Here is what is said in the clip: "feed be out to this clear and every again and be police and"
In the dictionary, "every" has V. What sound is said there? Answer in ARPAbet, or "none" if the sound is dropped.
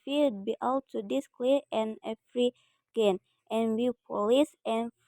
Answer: F